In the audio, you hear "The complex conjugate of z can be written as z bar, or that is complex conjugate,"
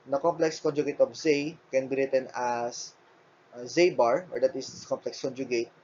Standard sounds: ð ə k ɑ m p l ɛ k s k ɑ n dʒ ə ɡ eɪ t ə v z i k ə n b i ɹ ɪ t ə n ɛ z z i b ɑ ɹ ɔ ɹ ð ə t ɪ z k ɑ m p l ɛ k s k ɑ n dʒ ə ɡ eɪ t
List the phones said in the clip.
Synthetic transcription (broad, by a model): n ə k ɑ m p l ɛ k s k ɑ n dʒ ə ɡ eɪ t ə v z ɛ k ə n b i ɹ ɪ t ə n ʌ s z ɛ b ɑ ɹ ɔ ɹ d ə t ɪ s k ɑ m p l ɛ k s k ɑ n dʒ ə ɡ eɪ t